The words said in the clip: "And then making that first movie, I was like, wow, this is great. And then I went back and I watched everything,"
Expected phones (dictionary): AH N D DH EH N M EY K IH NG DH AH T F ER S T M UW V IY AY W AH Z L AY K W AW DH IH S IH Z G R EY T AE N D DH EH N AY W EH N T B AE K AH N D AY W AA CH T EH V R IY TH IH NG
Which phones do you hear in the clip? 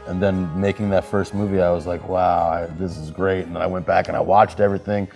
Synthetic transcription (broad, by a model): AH N DH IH N M EY K IH NG DH AH T F ER S T M UW V IY AY W AH Z L AY K W AW DH IH S IH Z G R EY T N DH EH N AY W EH N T B AE K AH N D AY W AA CH T EH V R IY TH IH NG